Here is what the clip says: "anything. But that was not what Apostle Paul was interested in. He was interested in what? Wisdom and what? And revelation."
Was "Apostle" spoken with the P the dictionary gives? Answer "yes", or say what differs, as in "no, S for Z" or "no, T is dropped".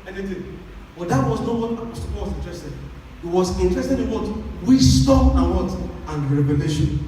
no, P is dropped